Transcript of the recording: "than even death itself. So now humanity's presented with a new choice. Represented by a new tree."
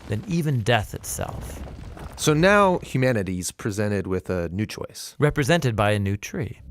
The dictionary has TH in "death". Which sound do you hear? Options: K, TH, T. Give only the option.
TH